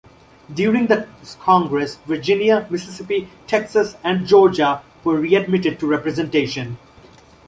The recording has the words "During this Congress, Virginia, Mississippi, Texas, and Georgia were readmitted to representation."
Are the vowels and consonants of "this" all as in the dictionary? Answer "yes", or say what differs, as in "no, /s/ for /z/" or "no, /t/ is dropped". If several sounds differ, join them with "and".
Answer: no, /s/ is dropped